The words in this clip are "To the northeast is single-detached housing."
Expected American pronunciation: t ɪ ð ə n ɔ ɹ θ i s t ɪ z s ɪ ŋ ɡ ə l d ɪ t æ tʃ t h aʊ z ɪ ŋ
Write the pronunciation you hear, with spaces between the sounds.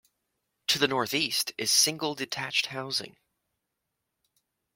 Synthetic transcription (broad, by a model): t ɪ ð ə n ɔ ɹ θ i s t ɪ z s ɪ ŋ ɡ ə l d ɪ t æ tʃ t h aʊ z ɪ ŋ